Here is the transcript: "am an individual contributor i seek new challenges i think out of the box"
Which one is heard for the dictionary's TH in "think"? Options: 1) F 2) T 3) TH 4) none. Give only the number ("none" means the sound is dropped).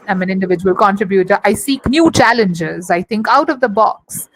2